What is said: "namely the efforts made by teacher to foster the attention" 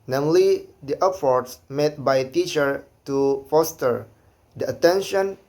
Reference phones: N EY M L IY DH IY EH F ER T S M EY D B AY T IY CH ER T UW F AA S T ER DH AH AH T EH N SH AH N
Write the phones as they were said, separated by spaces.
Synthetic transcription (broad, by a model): N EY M L IY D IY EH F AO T S M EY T B AY T IY CH ER T UW F AA S T ER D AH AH T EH N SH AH N